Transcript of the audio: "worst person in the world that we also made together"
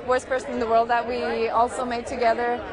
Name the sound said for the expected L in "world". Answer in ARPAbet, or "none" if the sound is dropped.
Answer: L